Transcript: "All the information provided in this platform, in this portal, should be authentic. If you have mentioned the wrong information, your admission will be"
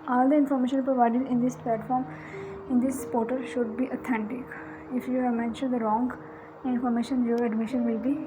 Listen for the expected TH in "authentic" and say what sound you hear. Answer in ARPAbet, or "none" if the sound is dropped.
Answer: T